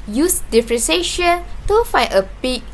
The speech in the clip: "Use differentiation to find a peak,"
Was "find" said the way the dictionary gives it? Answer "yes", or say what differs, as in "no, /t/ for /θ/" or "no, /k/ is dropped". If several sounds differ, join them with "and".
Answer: no, /d/ is dropped